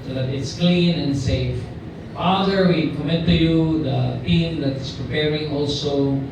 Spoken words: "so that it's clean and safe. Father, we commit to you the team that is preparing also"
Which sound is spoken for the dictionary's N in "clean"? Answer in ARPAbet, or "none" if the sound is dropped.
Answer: N